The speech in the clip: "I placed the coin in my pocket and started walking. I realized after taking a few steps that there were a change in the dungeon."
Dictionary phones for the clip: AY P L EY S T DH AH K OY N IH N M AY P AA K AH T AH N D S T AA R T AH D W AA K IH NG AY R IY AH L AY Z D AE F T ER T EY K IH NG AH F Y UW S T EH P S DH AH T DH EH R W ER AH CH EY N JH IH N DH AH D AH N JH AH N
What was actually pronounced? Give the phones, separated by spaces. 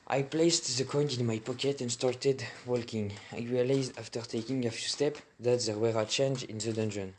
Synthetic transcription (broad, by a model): AY P L EY S T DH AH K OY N IH N M AY P AA K AH T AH N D S T AA R T AH D W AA K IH NG AY R IY AH L AY Z D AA F T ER T EY K IH NG AH F Y UW S T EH P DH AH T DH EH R W ER AH CH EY N JH IH N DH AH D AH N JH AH N